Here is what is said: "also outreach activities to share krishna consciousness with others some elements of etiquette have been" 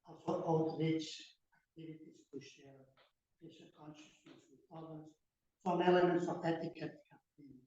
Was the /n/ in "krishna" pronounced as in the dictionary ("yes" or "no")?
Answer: no